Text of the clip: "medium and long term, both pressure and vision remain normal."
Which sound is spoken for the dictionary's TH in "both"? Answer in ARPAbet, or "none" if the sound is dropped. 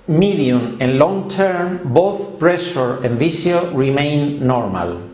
TH